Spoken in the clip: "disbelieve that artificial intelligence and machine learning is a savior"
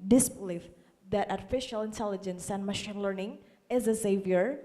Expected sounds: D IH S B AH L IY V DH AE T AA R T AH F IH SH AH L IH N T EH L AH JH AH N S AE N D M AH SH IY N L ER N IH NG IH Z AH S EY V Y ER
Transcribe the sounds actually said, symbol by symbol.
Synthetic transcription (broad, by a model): D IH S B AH L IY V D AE T AA R T AH F IH SH AH L IH N T EH L AH JH AH N S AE N D M AH SH IY N L ER N IH NG IH Z AH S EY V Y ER